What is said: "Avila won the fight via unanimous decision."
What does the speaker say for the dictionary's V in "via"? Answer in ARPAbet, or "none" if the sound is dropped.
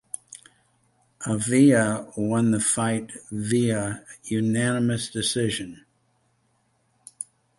V